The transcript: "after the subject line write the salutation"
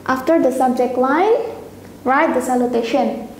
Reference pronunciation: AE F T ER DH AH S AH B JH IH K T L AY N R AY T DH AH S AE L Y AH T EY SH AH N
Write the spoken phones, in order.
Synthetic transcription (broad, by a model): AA F T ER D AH S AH B JH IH K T W AY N R AY T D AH S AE L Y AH T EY SH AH N